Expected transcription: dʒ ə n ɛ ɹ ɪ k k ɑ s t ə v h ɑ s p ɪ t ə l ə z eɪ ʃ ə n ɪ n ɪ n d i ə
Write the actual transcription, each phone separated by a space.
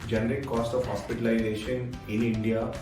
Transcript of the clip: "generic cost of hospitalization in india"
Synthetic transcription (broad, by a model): dʒ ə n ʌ ɹ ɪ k k ɑ s t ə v h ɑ s p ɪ t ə l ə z eɪ ʃ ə n ɪ n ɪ n d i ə